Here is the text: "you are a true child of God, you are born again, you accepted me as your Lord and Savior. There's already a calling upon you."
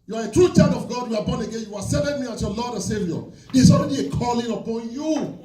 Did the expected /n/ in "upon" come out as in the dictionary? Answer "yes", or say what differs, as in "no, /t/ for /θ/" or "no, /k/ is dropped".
yes